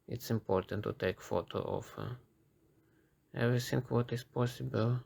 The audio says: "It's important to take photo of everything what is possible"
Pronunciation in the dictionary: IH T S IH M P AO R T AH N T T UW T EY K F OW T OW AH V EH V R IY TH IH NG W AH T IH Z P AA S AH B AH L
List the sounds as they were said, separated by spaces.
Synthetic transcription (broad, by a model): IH T S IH M P AO R T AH N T T UW T EY K F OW T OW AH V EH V R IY S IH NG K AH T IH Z P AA S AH B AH L